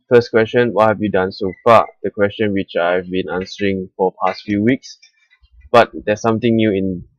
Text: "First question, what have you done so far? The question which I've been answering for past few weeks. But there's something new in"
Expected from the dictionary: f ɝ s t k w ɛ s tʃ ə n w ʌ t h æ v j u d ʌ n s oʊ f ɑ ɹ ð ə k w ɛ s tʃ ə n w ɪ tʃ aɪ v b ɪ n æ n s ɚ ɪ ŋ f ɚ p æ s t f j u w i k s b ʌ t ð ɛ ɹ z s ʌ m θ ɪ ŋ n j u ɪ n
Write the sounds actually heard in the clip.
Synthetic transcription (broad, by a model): f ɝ s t k w ɛ s tʃ ə n w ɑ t h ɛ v j u d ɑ n s oʊ f ɑ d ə k w ɛ s tʃ ə n w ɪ tʃ aɪ v b ɪ n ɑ n s ɚ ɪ ŋ f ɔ p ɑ s t f j u w i k s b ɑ t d ɛ s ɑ m t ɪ ŋ n j u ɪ n